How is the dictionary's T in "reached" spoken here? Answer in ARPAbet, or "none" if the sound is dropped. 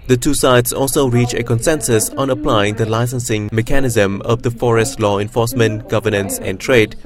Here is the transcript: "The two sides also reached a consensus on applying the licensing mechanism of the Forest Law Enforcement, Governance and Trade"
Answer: none